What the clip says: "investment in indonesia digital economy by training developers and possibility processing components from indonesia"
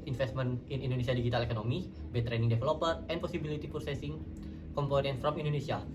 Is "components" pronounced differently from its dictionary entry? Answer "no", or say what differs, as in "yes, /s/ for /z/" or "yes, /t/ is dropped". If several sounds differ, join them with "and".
yes, /s/ is dropped